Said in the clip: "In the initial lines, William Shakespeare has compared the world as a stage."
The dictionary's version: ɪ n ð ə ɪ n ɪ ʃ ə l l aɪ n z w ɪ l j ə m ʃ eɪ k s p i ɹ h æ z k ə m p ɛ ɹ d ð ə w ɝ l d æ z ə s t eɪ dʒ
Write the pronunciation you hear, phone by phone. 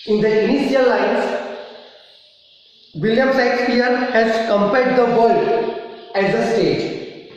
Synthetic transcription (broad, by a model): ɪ n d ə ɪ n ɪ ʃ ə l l aɪ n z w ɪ l j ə m s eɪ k s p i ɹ h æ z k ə m p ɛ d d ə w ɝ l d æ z ə s t eɪ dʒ